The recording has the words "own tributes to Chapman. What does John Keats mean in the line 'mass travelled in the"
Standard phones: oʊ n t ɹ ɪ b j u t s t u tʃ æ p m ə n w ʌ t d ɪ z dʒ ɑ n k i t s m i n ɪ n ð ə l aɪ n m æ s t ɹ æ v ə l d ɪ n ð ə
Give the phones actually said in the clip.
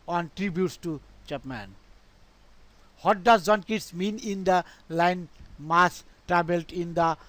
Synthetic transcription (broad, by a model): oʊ n t ɹ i b j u t s t u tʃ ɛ p m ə n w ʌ t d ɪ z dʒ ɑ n k i t s m i n ɪ n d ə l aɪ n m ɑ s t ɹ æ b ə l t ɪ n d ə